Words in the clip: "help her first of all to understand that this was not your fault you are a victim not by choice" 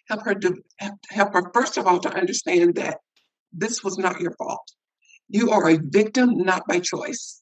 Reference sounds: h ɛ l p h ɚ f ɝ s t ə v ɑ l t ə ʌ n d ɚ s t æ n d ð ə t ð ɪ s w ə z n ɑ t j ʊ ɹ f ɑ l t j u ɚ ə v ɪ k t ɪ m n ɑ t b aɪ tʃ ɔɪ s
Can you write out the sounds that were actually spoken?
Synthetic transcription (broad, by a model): h ɛ l p h ɚ f ɝ s t ə v ɑ l t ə ʌ n d ɚ s t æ n ð ə t ð ɪ s w ə z n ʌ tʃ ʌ ɹ f ɑ l t j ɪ ɚ ə v ɪ k t ɪ m n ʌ t b aɪ tʃ ɔɪ s